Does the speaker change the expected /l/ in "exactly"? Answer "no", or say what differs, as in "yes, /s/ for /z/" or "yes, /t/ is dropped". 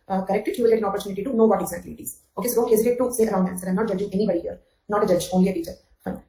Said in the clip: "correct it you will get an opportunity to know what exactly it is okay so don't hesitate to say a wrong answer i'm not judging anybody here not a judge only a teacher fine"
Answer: yes, /l/ is dropped